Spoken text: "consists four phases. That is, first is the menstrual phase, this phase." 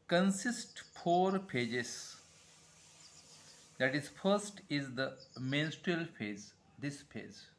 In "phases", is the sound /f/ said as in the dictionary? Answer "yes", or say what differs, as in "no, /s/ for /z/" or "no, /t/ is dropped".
no, /p/ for /f/